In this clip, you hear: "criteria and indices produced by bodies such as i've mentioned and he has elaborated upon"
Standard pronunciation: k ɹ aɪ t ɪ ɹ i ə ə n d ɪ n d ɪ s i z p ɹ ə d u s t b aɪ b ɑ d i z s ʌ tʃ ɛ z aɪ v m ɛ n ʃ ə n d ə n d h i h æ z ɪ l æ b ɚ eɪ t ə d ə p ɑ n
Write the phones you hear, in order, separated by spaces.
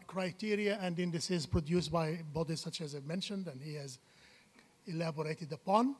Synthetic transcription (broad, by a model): k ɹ aɪ t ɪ ɹ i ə ə n d ɪ n d ɪ s i z p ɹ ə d u s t b aɪ b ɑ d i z s ʌ tʃ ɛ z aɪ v m ɛ n ʃ ə n d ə n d h i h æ z ɪ l æ b ɚ eɪ t ə d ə p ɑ n